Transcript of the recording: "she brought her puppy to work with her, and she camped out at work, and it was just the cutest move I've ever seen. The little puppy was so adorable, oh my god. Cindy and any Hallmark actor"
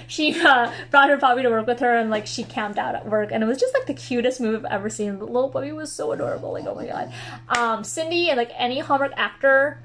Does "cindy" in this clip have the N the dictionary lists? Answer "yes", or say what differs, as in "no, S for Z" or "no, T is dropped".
yes